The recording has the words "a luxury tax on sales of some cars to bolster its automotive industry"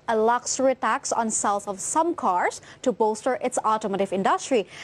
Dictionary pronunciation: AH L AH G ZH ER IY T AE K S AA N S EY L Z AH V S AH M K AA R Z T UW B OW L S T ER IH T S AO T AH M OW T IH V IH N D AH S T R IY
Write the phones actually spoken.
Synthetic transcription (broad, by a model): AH L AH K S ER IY T AE K S AA N S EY L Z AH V S AH M K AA R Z T UW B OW S T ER IH T S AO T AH M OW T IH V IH N D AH S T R IY